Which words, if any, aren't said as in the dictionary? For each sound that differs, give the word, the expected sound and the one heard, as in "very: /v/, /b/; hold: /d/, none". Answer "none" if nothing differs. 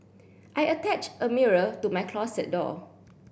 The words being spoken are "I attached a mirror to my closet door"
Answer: closet: /z/, /s/